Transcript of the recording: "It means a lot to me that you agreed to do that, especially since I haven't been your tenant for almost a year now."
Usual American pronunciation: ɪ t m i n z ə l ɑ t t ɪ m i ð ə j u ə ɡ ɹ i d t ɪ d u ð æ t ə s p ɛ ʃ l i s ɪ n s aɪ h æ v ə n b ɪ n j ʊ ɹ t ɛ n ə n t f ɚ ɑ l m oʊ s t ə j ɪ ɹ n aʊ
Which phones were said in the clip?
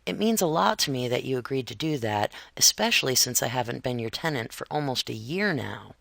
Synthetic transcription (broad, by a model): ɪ t m i n z ə l ɑ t t ɪ m i ð ə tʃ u ə ɡ ɹ i d t ɪ d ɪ ð æ t ə s p ɛ ʃ l i s ɪ n s aɪ h æ v ə n b ɪ n j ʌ ɹ t ɛ n ə n t f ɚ ɑ l m oʊ s t ə j ɪ ɹ n aʊ